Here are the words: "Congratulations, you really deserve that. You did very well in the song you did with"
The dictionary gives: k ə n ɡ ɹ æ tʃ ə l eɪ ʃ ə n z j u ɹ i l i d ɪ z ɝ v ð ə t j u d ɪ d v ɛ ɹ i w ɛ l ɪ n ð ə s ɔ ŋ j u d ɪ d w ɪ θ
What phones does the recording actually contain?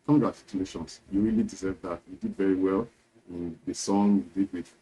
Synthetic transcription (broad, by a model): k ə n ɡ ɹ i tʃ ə l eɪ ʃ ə n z j u ɹ i l i d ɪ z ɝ v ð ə t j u d ɪ d v ɛ ɹ i w ɛ l ɪ n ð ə s ɔ ŋ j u d ɪ d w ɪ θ